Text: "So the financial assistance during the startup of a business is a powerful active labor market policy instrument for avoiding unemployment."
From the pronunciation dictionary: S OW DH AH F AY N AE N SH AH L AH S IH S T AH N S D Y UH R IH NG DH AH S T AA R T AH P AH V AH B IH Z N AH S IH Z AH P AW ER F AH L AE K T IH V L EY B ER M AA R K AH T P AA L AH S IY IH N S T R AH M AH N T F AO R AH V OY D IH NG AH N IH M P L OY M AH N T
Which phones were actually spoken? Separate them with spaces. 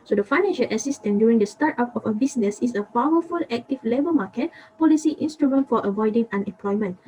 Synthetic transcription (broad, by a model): S OW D AH F AY N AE N SH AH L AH S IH S T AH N D Y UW R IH NG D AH S T AA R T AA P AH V AH B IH S N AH S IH S AH P AW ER F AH L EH K T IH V L EY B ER M AA K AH T P AA L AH S IY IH N S T R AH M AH N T F AO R AH V OY D IH NG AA N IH M P L OY M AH N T